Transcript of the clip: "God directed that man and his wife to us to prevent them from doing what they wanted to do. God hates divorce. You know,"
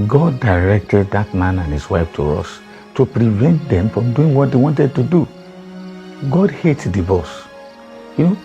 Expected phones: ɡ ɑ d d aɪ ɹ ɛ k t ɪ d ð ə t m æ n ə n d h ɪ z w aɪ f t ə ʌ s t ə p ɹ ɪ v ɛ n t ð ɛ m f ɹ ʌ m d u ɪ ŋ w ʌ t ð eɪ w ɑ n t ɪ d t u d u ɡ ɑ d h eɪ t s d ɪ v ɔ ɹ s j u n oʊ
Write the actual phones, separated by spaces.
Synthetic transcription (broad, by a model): ɡ ɑ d d aɪ ɹ ɛ k t ɪ d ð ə t m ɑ n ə n h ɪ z w aɪ f t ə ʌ s t ə p ɹ ɪ v ɛ n t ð ɛ m f ɹ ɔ m d u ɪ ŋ w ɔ t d eɪ w ɑ n t ɪ d t u d u ɡ ɑ d h eɪ t d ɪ b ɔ s j u n oʊ